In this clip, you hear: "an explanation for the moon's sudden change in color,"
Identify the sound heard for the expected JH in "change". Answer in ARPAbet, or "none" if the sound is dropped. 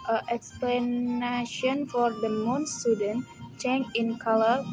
none